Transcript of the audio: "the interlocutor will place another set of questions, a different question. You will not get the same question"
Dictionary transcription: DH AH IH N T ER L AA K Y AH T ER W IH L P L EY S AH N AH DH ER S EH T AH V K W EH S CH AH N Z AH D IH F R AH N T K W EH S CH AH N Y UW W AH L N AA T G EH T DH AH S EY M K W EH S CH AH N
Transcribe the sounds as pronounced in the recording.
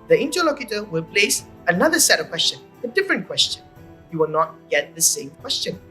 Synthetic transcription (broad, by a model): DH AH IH N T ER L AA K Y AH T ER W IH L P L EY S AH N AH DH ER S EH T AH V K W EH S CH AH N AH D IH F R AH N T K W EH S CH AH N Y UW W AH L N AA T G EH T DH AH S EY M K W EH S CH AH N